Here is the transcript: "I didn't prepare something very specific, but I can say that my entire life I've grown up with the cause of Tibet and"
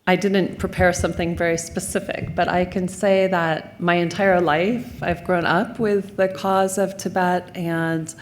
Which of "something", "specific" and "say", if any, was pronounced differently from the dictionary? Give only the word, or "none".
none